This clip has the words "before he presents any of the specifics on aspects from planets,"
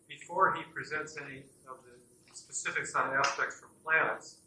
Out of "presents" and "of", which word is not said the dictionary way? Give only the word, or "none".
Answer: none